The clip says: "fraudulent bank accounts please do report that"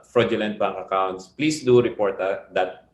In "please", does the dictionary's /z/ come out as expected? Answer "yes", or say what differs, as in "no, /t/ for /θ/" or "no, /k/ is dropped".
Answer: no, /s/ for /z/